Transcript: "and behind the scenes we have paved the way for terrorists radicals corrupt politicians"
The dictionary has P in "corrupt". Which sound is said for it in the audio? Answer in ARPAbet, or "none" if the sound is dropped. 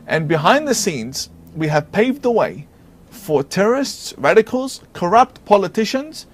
P